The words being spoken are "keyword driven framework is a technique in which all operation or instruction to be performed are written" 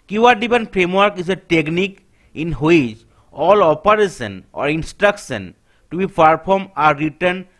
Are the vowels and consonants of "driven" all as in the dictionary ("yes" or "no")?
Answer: no